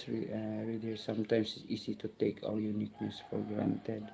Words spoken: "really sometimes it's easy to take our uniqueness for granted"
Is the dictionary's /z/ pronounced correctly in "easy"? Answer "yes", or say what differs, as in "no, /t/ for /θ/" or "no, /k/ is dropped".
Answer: no, /s/ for /z/